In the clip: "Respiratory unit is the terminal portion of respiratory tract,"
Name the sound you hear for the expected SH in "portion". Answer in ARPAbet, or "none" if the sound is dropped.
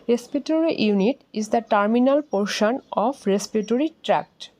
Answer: SH